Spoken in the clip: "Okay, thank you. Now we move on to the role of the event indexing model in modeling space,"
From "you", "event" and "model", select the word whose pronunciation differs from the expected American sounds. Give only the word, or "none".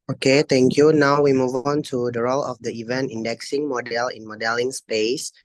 none